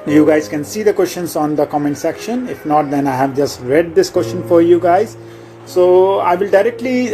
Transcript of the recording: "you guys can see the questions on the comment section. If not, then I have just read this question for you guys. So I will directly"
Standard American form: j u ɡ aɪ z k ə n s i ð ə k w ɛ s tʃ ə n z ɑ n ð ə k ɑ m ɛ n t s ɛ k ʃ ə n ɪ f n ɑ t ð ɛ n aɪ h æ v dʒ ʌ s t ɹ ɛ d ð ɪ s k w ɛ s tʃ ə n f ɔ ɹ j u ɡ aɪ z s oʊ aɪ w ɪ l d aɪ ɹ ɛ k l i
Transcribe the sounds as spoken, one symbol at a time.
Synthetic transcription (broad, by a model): j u ɡ aɪ z k ə n s i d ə k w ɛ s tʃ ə n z ɑ n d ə k ɑ m ɛ n t s ɛ k ʃ ə n ɪ f n ɑ t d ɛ n aɪ h æ v dʒ ʌ s t ɹ ɛ d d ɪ s k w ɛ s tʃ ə n f ɔ ɹ j u ɡ aɪ z s oʊ aɪ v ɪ l d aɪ ɹ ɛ k l i